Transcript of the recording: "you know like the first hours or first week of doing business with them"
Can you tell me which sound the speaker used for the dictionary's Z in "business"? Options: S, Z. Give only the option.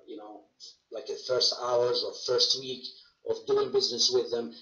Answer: Z